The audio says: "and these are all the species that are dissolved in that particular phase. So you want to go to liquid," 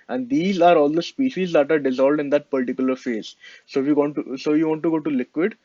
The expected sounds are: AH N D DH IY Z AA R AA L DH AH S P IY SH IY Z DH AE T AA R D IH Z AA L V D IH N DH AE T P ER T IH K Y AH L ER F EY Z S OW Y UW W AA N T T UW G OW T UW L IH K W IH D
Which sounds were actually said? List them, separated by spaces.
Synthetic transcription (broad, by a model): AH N D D IY Z AA R AA L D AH S P IY SH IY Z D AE T AA R D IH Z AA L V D IH N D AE T P ER T IH K Y AH L ER F EY Z S OW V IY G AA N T T UW G OW T UW L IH K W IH D